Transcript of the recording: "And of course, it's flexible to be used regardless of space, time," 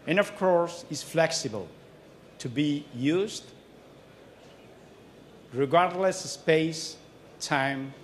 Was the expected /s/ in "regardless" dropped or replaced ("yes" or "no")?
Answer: no